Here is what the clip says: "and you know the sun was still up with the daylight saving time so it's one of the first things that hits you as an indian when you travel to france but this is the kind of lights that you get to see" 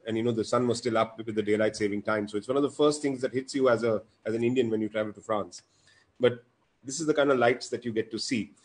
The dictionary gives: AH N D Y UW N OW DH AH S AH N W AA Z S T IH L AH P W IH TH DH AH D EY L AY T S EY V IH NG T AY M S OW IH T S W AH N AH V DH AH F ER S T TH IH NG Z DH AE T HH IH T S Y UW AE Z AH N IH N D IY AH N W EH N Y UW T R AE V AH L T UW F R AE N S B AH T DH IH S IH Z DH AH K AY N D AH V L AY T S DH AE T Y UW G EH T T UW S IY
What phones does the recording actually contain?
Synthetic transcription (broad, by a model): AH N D Y UW N OW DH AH S AH N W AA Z S T IH L AH P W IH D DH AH D EY L AY T S EY V IH NG T AY M S OW IH T S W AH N AH V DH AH F ER S T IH NG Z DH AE T HH IH T S Y UW AE Z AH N IH N D IY AH N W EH N Y UW T R AE V AH L T UW F R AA N S B AH T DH IH S IH Z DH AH K AY N D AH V L AY T S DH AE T Y UW G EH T T UW S IY